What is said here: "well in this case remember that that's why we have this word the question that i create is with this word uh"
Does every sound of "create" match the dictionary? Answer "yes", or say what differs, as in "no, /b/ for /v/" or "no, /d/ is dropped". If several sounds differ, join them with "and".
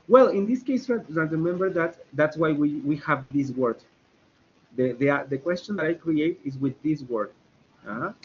yes